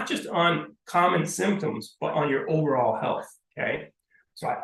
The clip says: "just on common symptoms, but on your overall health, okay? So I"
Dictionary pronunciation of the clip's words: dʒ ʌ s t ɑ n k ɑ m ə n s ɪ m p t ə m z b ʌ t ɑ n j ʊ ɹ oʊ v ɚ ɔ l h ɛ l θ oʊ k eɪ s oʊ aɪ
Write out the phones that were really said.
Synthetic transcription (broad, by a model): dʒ ʌ s t n k ɑ m ə n s ɪ m p t ə m z b ʌ t n j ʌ ɹ oʊ v ɚ ɔ l h ɛ l θ oʊ k eɪ s oʊ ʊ